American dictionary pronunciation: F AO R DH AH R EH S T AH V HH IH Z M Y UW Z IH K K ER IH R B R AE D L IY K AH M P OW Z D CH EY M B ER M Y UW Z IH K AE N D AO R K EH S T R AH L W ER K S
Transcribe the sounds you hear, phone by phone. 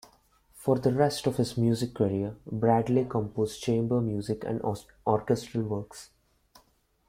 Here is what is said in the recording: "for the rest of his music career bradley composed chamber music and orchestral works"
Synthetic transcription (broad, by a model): F AO R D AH R EH S T AH V HH IH Z M Y UW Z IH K K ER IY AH B R AE D L IY K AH M P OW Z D CH EY M B ER M Y UW Z IH K AE N D AO R K EH S T R AH L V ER K S